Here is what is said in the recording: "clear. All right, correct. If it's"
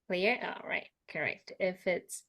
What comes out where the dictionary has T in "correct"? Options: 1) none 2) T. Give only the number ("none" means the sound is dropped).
2